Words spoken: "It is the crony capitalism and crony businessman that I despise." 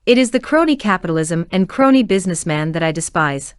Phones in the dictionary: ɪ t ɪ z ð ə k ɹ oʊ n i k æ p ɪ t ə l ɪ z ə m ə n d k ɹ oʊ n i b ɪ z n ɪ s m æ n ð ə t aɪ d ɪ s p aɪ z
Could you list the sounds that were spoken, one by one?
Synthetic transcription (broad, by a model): ɪ t ɪ z ð ə k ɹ oʊ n i k æ p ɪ t l ɪ z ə m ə n k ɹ oʊ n i b ɪ z n ɪ s m æ n ð ə t aɪ d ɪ s p aɪ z